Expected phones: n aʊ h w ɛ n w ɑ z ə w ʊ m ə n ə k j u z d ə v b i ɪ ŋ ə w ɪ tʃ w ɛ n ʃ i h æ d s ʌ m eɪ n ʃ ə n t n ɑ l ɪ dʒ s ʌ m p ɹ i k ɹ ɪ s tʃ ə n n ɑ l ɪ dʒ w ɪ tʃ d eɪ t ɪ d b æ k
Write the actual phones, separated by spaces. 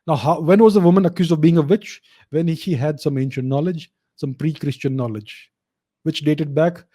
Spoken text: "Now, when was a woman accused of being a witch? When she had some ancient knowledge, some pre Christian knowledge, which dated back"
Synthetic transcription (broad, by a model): n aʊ h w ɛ n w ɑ z ə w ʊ m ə n ə k j u z d ə v b i ɪ ŋ ə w ɪ tʃ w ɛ n ʃ i h æ d s ʌ m eɪ n ʃ ə n t n ɑ l ɪ dʒ s ʌ m p ɹ i k ɹ ɪ s tʃ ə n n ɑ l ɪ dʒ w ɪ tʃ d eɪ t ɪ d b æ k